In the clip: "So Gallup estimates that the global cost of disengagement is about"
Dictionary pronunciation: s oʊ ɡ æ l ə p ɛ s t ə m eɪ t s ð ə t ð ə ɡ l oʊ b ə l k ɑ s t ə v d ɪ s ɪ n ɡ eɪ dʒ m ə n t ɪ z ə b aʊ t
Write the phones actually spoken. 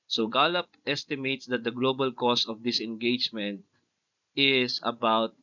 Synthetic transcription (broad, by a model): s oʊ ɡ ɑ l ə p ɛ s t ə m eɪ t s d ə t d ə ɡ l oʊ b ə l k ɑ s ə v d ɪ s ɪ n ɡ eɪ dʒ m ə n t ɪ s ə b aʊ t